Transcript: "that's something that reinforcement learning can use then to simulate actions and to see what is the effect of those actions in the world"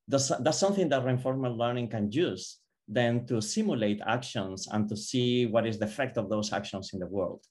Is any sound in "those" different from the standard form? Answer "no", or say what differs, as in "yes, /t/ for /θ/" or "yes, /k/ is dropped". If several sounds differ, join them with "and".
yes, /s/ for /z/